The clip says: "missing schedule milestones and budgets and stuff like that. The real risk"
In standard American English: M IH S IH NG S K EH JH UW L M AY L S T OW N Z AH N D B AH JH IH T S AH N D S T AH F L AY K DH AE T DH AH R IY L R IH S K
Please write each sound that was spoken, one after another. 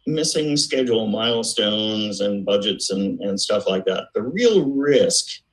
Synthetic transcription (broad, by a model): M IH S IH NG S K EH JH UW L M AY L S T OW N Z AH N B AH JH IH T S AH N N S T AH F L AY K DH AE T DH AH R IY L R IH S K